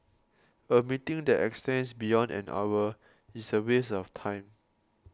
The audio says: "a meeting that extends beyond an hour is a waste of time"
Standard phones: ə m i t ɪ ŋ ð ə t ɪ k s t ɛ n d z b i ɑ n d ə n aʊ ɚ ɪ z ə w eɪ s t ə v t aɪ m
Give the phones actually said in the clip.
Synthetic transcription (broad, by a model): ə m i t ɪ ŋ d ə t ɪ k s t ɛ n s b i ɑ n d ə n aʊ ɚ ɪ s ə w eɪ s ə f t aɪ m